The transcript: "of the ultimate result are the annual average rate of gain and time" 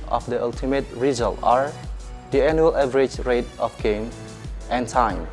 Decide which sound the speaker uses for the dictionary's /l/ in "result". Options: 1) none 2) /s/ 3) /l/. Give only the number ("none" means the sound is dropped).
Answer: 3